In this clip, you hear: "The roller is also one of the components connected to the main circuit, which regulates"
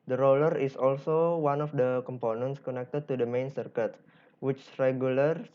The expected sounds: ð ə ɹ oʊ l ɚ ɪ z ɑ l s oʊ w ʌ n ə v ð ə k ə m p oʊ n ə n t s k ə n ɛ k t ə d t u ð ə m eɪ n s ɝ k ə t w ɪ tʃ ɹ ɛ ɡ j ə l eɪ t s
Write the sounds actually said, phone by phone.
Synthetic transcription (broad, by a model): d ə ɹ oʊ l ɚ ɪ s ɑ l s oʊ w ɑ n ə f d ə k ə m p oʊ n ə n t s k ə n ɛ k t ə d t u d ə m eɪ n s ɝ k ə t w ɪ tʃ ɹ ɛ ɡ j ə l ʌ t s